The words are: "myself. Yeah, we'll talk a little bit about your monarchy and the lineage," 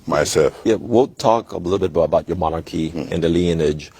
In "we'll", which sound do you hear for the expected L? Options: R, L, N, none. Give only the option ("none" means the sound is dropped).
N